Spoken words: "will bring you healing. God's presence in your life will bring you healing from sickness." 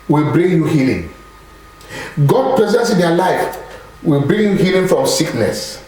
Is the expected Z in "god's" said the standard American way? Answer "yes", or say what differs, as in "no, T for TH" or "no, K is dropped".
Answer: no, Z is dropped